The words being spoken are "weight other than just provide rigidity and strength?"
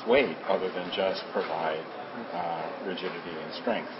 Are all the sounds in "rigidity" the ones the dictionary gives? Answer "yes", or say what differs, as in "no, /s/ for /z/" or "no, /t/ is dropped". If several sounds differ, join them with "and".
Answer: yes